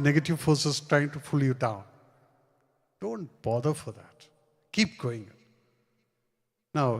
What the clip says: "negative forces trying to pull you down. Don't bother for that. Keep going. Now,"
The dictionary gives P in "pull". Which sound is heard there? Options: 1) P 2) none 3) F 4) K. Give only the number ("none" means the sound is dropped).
3